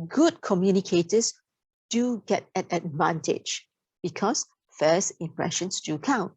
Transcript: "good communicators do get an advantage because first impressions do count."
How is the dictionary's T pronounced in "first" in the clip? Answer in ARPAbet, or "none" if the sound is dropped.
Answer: none